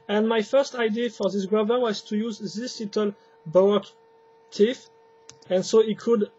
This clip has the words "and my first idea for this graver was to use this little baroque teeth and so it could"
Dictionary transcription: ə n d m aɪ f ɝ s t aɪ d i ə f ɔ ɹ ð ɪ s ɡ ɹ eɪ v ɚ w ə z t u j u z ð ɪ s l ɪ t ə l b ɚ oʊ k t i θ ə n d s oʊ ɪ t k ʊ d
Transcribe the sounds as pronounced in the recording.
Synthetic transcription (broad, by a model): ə n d m aɪ f ɝ s t aɪ d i f ɔ ɹ ð ɪ s ɡ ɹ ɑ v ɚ w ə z t u j u z ð ɪ s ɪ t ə l b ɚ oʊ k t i f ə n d s oʊ ɪ t k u d